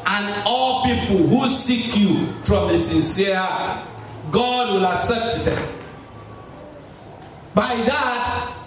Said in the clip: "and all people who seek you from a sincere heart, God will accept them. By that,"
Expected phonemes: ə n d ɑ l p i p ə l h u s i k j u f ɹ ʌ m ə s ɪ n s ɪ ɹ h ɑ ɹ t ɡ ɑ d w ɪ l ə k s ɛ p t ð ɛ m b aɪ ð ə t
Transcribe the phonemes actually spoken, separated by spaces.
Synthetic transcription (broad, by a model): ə n ɑ l p i p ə l h u s i k j u f ɹ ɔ m ə s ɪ n s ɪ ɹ h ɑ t ɡ ɑ d w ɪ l ə k s ɛ p t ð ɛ m b aɪ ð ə t